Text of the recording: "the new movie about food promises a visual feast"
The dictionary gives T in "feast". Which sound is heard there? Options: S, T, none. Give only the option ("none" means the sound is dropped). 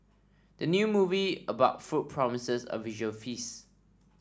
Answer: none